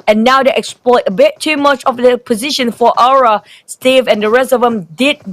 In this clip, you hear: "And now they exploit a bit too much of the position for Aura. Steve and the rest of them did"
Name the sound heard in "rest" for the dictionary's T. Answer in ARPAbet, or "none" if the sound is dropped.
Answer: none